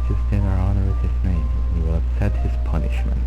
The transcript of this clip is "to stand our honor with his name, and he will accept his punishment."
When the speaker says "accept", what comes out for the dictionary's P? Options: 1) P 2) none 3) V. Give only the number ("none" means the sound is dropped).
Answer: 2